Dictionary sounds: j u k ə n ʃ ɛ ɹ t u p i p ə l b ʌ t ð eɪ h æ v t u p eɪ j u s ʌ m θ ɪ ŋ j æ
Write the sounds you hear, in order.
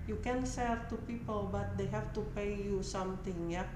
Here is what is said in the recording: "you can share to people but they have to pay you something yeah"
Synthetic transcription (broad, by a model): j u k ə n s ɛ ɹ t u p i p ə l b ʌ t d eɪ h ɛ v t u p eɪ j u s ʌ m t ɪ ŋ j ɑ